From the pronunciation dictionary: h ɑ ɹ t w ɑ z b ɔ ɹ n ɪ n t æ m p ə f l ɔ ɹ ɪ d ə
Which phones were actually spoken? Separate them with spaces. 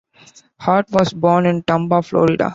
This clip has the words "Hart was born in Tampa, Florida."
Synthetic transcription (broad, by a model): h ɑ ɹ t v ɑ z b ɔ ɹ n ɪ n t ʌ m b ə f l ɔ ɹ ɪ d ə